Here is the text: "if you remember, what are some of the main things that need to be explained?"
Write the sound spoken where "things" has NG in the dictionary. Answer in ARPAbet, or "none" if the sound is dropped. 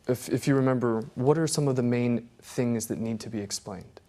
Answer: NG